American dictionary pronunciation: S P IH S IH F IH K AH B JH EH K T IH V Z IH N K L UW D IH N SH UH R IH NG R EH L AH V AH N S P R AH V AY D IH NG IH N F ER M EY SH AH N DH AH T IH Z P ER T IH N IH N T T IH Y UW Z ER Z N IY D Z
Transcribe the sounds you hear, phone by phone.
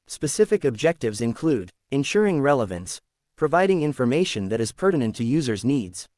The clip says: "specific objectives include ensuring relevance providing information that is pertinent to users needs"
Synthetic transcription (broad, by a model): S P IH S IH F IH K AH B JH EH K T IH V Z IH N K L UW D IH N SH UH R IH NG R EH L AH V AH N S P R AH V AY D IH NG IH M F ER M EY SH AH N DH AH T IH Z P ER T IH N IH N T T IH Y UW Z ER Z N IY D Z